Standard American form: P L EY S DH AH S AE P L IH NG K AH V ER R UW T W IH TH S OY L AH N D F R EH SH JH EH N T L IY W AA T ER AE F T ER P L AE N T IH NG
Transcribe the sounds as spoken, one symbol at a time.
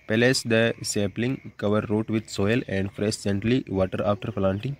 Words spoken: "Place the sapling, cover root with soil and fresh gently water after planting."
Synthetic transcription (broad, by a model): P L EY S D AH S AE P L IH NG K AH V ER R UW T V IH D S OY L AH N D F R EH S JH EH N T L IY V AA T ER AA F T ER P L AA N T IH NG